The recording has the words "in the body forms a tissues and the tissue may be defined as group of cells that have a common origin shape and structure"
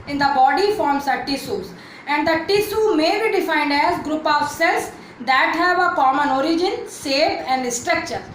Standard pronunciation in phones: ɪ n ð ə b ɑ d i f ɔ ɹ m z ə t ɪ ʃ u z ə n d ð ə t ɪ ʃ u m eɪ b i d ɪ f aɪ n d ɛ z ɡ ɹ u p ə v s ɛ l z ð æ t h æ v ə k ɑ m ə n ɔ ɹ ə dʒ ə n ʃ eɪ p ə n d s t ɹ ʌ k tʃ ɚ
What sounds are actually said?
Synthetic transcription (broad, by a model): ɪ n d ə b ɑ d i f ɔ ɹ m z ə t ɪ s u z ə n d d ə t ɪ s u m eɪ b i d ɪ f aɪ n d ɛ z ɡ ɹ u p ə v s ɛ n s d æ t h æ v ə k ɑ m ə n ɔ ɹ ə dʒ ə n s eɪ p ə n d s t ɹ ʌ k tʃ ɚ